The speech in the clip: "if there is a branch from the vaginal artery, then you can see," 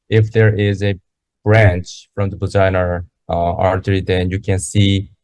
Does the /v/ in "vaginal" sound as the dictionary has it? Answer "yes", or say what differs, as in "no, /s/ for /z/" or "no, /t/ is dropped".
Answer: no, /b/ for /v/